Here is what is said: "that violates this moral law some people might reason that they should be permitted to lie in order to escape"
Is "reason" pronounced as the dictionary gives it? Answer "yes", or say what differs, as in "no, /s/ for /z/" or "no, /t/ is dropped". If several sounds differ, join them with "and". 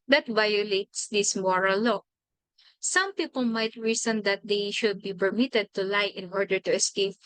no, /s/ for /z/